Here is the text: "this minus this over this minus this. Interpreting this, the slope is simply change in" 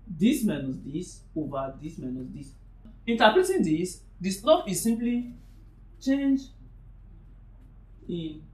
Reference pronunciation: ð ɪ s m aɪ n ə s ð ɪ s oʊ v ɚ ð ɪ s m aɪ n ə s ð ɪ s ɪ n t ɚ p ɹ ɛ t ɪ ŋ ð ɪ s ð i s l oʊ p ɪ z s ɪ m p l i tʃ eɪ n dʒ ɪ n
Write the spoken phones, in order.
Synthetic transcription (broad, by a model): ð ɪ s m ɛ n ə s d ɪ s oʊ v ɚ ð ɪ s m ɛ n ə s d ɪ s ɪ n t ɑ p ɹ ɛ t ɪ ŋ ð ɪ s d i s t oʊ f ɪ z s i m p l i tʃ eɪ n dʒ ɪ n